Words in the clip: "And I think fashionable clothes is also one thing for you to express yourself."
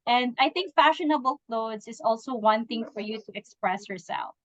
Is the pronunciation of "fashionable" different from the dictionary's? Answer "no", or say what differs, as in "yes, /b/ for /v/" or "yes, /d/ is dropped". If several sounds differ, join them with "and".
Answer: no